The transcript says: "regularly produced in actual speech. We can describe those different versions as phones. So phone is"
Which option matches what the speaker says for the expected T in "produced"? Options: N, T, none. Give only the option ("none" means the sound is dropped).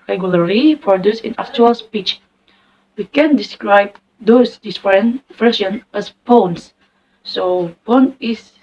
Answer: none